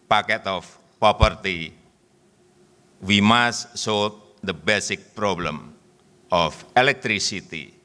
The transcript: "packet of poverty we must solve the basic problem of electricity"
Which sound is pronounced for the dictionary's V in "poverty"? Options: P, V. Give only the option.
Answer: P